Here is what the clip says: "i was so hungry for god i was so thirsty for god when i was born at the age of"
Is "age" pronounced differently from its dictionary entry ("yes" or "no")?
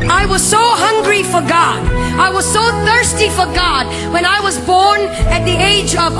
no